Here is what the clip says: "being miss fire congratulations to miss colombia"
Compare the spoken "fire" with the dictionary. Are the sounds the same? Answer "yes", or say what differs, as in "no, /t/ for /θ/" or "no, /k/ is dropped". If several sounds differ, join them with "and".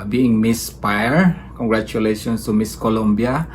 no, /p/ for /f/